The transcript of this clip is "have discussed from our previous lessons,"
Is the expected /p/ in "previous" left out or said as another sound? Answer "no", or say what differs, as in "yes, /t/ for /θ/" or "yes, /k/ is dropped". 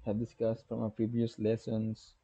no